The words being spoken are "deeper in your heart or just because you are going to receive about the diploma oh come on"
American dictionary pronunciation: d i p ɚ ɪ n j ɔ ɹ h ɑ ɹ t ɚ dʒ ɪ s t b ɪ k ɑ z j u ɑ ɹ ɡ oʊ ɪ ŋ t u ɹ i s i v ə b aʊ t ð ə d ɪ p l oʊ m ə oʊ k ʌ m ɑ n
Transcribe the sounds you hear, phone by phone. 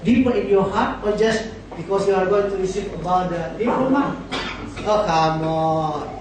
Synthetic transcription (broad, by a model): d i p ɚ ɪ n j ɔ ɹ h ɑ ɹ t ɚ dʒ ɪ s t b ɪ k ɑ s j u ɑ ɹ ɡ oʊ ɪ ŋ t u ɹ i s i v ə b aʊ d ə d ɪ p oʊ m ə oʊ k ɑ m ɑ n